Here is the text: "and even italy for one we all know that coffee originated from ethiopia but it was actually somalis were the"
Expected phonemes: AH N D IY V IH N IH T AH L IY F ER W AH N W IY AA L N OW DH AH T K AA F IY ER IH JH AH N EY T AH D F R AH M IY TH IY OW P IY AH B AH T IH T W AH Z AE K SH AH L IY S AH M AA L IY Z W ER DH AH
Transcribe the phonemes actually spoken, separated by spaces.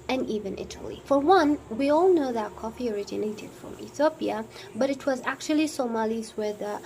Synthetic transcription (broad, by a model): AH N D IY V IH N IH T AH L IY F ER W AH N W IY AA L N OW DH AH T K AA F IY ER IH JH AH N EY T AH D F R AH M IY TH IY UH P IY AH B AH T IH T W AH Z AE K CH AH L IY S AH M AA L IY Z W ER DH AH